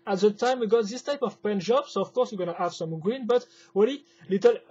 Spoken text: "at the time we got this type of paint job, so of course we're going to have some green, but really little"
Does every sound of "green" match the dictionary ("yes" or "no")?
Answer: yes